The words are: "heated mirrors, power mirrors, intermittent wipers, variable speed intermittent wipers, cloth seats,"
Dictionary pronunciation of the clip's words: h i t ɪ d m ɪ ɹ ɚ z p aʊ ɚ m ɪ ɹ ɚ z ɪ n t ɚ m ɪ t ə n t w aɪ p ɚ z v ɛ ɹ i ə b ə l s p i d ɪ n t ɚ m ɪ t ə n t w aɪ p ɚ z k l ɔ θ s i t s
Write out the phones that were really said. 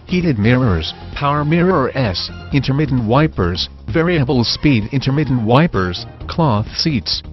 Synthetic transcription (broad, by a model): h i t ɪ d m ɪ ɹ ɚ z p aʊ ɚ m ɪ ɹ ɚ s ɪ n t ɚ m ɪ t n w aɪ p ɚ z v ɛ ɹ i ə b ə l s p i d ɪ n t ɚ m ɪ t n w aɪ p ɚ z k l ɔ θ s i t s